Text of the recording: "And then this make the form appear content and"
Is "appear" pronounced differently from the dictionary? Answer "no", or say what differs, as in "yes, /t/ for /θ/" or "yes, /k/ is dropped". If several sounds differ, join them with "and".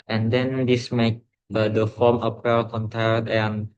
yes, /l/ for /ɹ/